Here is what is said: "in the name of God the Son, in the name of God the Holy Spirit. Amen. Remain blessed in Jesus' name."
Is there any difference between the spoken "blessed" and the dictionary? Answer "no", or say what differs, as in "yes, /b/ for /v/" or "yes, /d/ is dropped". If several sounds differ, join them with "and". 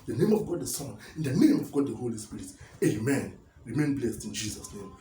no